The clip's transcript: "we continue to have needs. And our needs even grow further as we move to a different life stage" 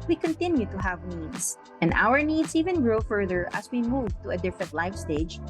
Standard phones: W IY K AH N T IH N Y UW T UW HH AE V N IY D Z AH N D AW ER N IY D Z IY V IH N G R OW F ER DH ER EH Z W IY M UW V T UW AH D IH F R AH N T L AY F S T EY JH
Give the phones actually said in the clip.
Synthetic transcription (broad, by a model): W IY K AH N T IH N Y UW T UW HH AE V N IY D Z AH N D AW ER N IY D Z IY V IH N G R OW F ER DH ER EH S W IY M UW V T UW AH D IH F AH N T L AY F S T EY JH